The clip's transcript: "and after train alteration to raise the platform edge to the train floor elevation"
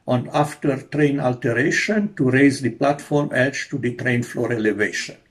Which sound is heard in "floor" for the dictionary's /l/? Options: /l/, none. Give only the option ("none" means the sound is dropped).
/l/